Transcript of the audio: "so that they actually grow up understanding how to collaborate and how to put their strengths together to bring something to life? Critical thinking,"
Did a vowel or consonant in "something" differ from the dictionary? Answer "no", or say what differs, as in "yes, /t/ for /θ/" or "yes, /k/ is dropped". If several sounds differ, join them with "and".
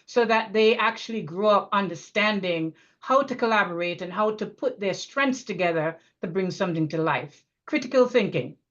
no